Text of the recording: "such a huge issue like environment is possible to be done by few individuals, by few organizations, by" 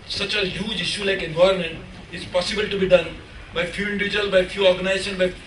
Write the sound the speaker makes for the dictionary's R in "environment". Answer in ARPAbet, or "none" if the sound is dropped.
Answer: none